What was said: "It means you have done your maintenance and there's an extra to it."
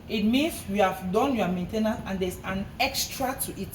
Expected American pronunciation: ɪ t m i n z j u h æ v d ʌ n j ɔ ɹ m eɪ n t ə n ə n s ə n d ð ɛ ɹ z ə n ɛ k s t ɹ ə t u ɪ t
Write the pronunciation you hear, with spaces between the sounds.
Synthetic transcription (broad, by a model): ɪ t m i n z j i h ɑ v d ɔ n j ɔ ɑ m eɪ n t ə n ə ə n d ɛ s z ə n ɛ k s t ɹ ə t u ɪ t